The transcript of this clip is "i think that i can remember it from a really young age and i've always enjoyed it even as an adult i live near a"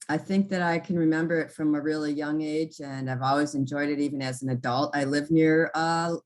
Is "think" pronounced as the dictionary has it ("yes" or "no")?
yes